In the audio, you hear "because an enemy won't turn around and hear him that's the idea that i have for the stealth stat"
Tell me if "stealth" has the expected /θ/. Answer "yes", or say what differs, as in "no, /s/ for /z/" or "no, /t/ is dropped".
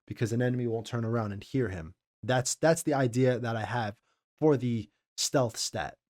yes